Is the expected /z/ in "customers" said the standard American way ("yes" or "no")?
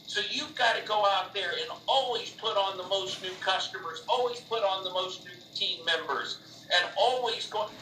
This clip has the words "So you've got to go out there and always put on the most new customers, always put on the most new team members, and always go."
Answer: yes